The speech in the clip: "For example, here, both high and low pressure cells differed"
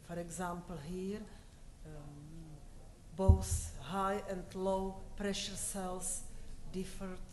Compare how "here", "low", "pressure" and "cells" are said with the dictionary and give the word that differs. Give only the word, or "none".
cells